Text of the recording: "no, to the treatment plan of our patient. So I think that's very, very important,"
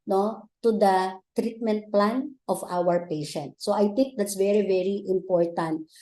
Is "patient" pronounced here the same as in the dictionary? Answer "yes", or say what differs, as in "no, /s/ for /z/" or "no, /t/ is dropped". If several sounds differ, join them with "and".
yes